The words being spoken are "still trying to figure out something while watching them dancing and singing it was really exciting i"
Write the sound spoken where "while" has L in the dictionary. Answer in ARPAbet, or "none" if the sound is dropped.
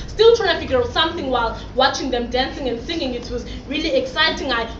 L